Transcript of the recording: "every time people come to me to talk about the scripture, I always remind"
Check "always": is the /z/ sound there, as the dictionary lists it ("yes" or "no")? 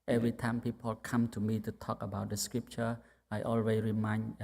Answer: no